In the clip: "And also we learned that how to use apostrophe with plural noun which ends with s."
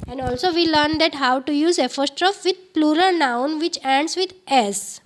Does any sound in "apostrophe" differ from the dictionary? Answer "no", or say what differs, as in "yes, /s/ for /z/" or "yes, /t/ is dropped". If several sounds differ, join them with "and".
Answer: yes, /f/ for /p/